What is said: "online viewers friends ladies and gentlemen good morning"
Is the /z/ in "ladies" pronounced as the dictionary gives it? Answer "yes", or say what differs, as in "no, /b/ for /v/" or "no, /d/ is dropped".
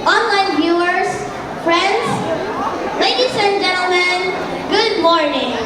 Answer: no, /s/ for /z/